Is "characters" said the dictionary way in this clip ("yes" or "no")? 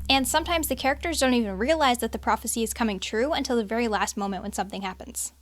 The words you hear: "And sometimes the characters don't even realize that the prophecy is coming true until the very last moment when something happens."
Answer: yes